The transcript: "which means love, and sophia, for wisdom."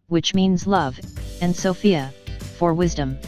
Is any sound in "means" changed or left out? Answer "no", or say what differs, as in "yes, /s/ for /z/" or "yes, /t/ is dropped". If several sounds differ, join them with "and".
no